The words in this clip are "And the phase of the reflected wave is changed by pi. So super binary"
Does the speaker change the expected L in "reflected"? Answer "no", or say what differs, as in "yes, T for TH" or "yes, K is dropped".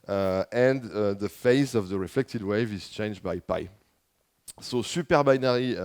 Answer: no